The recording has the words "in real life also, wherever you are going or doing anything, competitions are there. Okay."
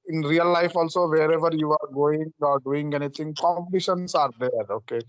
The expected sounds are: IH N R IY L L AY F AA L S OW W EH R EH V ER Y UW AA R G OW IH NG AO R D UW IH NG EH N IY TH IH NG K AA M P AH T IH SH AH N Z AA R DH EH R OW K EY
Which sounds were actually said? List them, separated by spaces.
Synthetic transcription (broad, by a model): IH N R IY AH L AY F AA L S OW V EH R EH V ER Y UW AA R G OW IH NG AO R D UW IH NG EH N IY T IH NG K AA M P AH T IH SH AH N S AA R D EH R OW K EY